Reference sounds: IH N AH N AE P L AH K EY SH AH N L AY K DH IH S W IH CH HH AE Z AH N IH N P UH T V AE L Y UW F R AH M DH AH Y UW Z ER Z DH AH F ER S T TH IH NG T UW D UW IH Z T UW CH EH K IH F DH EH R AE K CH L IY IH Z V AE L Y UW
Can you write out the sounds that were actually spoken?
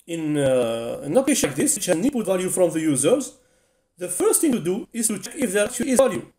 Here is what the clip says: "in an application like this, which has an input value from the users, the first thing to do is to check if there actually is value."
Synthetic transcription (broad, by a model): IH N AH N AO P AH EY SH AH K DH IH S W IH CH HH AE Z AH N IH P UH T V AE L Y UW F R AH M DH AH Y UW Z ER Z DH AH F ER S T TH IH NG T UW D UW IH Z T UW CH EH K IH F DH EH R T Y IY IH Z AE L Y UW